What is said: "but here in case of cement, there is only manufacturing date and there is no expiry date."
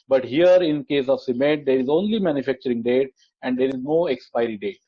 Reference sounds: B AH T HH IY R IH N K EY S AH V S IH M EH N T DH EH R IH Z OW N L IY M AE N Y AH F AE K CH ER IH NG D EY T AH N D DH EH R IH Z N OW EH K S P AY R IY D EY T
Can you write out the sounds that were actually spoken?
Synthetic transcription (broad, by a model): B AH T HH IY R IH N K EY S AH V S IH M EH T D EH R IH Z OW N L IY M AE N Y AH F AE K CH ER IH NG D EY T AH N D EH R IH Z N OW EH K S P AY R IY D EY T